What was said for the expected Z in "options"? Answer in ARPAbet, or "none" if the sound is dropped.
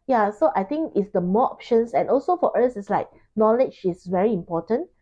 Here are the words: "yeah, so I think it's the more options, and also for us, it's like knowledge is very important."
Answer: S